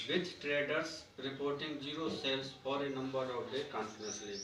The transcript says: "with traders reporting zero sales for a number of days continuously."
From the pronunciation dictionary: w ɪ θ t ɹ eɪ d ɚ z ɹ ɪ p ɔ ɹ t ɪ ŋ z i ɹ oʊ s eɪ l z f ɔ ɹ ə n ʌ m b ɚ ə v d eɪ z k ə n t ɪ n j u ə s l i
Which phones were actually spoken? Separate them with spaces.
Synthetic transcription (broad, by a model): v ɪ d t ɹ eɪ d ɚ s ɹ ɪ p ɔ ɹ t ɪ ŋ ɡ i ɹ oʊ s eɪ l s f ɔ ɹ ə n ʌ m b ɚ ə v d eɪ k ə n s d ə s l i